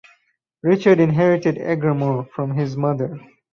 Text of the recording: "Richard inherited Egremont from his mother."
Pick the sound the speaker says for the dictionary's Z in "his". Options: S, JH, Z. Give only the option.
Z